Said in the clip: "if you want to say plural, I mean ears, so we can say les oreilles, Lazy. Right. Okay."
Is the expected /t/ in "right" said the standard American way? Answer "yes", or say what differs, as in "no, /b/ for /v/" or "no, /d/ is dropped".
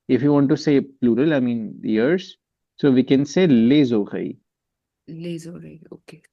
no, /t/ is dropped